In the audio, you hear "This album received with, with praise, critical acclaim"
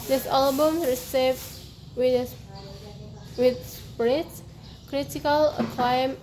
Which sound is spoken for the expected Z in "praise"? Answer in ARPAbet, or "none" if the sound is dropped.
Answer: S